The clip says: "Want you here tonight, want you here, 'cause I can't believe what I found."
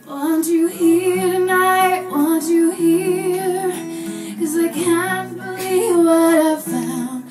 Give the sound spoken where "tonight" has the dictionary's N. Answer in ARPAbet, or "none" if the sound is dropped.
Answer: N